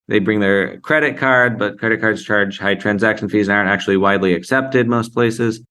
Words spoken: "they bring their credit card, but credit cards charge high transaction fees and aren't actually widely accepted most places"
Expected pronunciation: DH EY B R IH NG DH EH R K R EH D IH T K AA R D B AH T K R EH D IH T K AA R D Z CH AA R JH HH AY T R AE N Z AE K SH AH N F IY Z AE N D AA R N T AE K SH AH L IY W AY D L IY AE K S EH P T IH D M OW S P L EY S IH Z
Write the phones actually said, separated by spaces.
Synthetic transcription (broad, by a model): DH EY B R IH NG DH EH R K R EH D IH T K AA R D B AH T K R EH D IH T K AA R D Z CH AA R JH HH AY T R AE N Z AE K SH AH N F IY Z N AA R N T AE K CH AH L IY W AY D L IY AE K S EH P T IH D M OW S P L EY S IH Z